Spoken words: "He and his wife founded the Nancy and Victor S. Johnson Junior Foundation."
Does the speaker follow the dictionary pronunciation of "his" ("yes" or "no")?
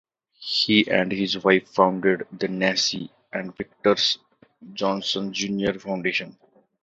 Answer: yes